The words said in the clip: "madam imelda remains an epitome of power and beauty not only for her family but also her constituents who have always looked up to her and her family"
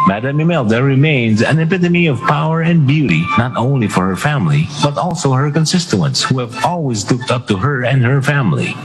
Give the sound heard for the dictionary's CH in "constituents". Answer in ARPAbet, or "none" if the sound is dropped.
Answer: S